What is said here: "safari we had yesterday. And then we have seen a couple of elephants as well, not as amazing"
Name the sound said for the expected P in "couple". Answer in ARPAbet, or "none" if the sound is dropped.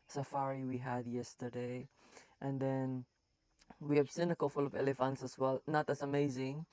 F